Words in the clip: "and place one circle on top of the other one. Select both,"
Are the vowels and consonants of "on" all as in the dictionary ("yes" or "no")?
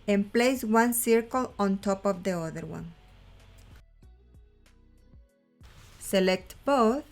yes